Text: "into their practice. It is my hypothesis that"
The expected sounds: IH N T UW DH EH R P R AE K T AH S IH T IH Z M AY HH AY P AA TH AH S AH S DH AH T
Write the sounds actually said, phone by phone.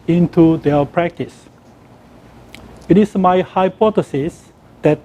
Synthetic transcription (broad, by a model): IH N T UW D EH P R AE K T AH S IH T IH S M AY HH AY P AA T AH S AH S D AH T